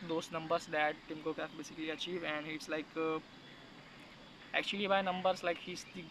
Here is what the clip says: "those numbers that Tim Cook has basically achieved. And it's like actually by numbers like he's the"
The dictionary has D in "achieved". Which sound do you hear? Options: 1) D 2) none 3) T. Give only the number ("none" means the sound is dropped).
2